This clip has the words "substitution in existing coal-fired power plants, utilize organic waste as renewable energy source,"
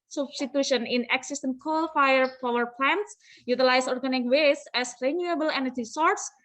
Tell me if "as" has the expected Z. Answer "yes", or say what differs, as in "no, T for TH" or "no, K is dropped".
no, S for Z